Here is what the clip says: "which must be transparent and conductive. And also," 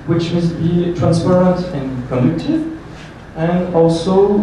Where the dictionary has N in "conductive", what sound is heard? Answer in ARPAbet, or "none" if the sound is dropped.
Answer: none